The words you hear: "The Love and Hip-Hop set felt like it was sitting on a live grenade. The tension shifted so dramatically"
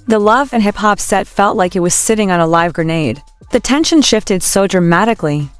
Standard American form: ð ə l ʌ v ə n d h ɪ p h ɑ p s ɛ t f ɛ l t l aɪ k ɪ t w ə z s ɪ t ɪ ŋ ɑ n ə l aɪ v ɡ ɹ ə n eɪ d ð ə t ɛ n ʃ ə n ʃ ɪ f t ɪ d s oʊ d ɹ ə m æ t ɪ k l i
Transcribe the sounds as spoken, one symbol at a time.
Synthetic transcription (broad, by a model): ð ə l ʌ v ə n h ɪ p h ɑ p s ɛ t f ɛ l t l aɪ k ɪ t w ə z s ɪ t ɪ ŋ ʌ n ə l aɪ v ɡ ɹ ə n eɪ d ð ə t ɛ n ʃ ə n ʃ ɪ f t ɪ d s oʊ d ɹ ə m æ t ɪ k l i